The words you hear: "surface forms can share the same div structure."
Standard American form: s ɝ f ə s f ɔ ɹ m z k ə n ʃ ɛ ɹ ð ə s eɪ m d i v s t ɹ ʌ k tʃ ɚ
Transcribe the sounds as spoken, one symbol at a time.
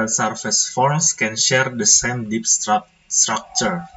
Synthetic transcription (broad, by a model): s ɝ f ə s f ɔ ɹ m s k ə n ʃ ɛ ɹ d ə s eɪ m d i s s t ɹ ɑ k tʃ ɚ